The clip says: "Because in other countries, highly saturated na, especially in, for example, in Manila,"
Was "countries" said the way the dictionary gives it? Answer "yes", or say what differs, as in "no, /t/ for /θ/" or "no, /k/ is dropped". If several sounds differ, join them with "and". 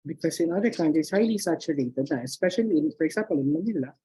no, /ɹ/ is dropped